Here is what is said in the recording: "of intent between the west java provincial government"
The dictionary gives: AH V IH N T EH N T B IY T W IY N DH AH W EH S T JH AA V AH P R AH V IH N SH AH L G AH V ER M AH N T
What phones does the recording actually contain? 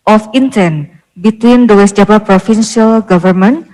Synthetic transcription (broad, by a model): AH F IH N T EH N B IY T W IY N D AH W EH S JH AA P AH P R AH F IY N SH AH L G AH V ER M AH N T